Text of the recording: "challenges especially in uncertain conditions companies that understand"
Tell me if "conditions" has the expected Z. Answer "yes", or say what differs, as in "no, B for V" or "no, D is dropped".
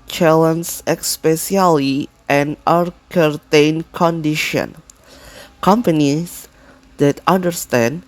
no, Z is dropped